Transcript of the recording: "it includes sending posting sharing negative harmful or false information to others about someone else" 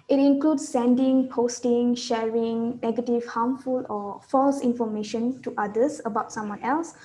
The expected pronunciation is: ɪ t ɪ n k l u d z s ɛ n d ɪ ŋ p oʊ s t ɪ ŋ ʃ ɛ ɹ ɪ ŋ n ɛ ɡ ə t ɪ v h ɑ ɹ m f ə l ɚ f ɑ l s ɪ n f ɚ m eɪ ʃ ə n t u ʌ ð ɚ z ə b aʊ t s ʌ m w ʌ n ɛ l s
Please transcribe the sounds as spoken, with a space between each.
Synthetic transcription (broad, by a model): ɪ t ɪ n k l u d s ɛ n d ɪ ŋ p oʊ s t ɪ ŋ ʃ ɛ ɹ ɪ ŋ n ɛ ɡ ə t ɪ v h ɑ m f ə l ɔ f ɑ l s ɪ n f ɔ m eɪ ʃ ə n t u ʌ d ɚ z ə b aʊ t s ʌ m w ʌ n ɛ l s